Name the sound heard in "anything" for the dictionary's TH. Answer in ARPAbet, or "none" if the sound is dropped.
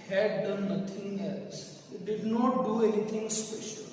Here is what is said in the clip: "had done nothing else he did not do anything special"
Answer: T